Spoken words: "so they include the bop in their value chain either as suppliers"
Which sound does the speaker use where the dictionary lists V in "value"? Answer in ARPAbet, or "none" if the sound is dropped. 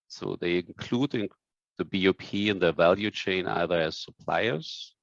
V